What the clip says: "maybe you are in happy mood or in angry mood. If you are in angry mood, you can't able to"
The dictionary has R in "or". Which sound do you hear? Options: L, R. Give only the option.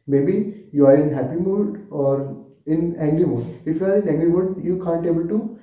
R